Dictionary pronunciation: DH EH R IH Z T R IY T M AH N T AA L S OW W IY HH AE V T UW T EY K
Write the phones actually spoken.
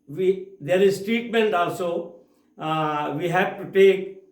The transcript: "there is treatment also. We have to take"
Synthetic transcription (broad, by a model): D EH R IH Z T R IY T M AH N T AA L S OW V IY HH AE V T UW T EY K